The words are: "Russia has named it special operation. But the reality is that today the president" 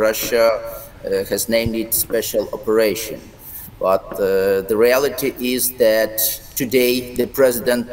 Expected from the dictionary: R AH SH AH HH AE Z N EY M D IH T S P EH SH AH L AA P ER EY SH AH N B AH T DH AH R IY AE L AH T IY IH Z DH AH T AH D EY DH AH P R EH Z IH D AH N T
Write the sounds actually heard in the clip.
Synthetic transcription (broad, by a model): R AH SH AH HH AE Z N EY M D IH T S P EH SH AH L AA P ER EY SH AH N B AH T DH AH R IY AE L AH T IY IH Z DH AH T AH D EY DH AH P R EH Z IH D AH N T